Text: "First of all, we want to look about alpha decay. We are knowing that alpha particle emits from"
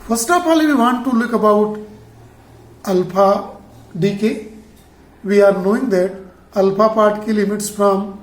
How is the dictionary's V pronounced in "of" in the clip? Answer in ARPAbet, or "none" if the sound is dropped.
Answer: P